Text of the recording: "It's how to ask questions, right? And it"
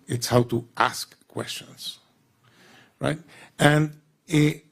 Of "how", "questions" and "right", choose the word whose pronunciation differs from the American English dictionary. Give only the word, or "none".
none